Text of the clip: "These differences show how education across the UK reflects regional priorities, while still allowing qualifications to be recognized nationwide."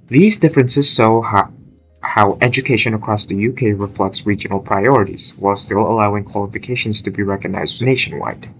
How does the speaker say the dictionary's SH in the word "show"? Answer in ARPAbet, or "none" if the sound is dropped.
S